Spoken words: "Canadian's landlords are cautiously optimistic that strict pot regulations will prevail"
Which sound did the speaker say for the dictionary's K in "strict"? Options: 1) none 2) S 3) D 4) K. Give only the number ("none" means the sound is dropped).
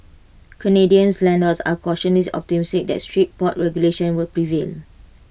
1